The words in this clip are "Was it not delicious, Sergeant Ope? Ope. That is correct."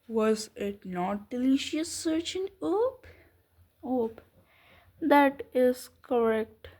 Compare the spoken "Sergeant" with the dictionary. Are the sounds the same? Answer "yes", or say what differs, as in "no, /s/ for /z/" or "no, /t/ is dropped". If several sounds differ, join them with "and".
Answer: no, /tʃ/ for /dʒ/ and /t/ is dropped